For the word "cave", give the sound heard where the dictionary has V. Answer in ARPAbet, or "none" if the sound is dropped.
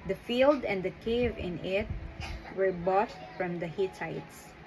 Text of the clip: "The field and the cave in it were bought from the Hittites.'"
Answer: V